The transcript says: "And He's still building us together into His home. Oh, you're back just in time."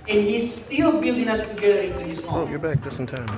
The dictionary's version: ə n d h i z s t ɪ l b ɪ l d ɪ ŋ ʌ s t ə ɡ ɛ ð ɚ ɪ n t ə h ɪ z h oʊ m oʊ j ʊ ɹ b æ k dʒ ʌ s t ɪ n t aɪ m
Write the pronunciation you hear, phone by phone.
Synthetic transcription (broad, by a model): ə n h i z s t ɪ l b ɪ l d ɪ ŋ ʌ s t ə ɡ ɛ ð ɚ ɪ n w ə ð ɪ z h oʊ oʊ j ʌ ɹ b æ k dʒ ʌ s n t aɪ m